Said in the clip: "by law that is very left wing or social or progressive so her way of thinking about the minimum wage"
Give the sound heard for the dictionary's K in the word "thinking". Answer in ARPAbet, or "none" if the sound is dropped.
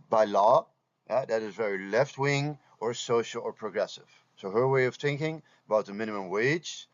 K